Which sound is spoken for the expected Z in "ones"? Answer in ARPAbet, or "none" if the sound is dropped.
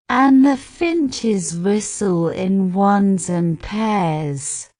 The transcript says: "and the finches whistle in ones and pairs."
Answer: Z